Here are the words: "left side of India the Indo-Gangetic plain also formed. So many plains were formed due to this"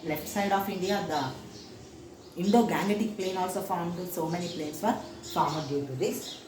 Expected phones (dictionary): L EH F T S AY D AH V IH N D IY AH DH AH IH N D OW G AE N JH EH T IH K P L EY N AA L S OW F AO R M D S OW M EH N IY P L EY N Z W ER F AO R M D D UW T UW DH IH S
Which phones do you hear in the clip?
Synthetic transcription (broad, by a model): L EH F T S AY D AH F IH N D IY AH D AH IH N D OW G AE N EH T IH K P L EY N AA L S OW F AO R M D S OW M EH N IY P L EY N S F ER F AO R M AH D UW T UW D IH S